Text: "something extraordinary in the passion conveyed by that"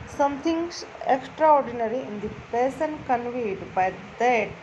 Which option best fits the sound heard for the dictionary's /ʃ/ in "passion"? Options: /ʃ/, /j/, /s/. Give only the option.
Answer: /s/